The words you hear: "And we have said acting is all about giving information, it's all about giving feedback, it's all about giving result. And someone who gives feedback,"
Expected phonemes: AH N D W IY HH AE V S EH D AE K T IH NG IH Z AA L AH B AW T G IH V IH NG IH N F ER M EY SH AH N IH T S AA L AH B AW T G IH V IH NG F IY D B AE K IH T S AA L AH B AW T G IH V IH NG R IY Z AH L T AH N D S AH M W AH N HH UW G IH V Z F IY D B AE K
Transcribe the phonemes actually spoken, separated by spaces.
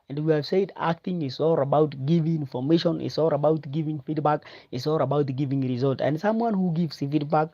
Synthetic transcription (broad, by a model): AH N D W IY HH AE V S EH D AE K T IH NG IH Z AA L AH B AW T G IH V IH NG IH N F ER M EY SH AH N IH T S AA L AH B AW T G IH V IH NG F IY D B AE K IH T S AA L AH B AW T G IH V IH NG R IY Z AH L T AH N D S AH M W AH N HH UW G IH V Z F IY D B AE K